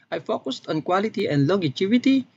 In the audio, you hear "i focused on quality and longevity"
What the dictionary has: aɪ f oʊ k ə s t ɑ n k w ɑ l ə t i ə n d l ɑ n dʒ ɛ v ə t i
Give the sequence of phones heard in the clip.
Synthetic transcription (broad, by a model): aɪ f oʊ k ə s t ɑ n k w ɑ l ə t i ə n d l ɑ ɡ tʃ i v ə t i